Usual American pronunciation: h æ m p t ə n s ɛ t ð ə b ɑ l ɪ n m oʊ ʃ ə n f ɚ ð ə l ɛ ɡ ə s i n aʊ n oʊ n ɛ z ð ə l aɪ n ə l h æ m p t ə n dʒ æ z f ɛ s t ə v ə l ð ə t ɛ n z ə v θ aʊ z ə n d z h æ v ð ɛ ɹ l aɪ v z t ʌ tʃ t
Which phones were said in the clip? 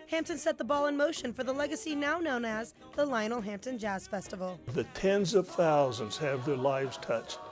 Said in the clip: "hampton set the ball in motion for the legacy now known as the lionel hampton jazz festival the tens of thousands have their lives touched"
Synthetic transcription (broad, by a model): h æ m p t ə n s ɛ t ð ə b ɑ l ɪ n m oʊ ʃ ə n f ɚ ð ə l ɛ ɡ ə s i n aʊ n oʊ n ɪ z ð ə l aɪ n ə l h æ m p t ə n dʒ æ z f ɛ s t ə v l ð ə t ɛ n z ə v θ aʊ z ə n d z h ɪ v ð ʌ ɹ l aɪ v z t ʌ tʃ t